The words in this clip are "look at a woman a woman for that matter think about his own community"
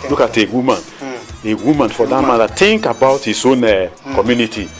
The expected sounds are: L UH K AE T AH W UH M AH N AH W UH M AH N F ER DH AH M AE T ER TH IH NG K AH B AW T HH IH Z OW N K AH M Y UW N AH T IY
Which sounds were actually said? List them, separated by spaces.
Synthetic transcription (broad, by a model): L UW K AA T AH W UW M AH N AH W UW M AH N F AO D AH M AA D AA T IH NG K AH B AW T HH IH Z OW N K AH M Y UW N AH T IY